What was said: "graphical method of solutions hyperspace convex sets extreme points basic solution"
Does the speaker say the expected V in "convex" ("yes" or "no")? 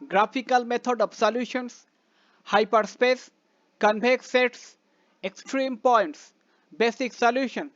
no